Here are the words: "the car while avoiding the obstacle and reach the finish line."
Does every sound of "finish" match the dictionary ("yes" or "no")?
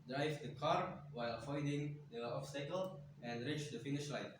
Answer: yes